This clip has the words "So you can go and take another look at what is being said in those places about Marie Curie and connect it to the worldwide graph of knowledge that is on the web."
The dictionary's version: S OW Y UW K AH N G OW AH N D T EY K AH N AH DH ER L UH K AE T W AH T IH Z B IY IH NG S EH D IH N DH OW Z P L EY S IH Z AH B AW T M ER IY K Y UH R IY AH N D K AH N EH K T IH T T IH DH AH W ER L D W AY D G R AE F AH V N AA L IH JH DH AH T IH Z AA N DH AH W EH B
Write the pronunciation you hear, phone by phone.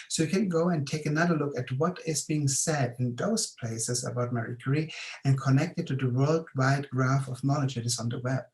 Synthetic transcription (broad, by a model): S OW Y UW K AH N G OW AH N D T EY K AH N AH DH ER L UH K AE T W AH T IH Z B IY IH NG S EH D IH N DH OW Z P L EY S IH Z AH B AW T M ER IY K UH R IY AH N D K AH N EH K T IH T T IH DH AH W ER L D W AY D G R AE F AH V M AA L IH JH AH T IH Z N DH AH W EH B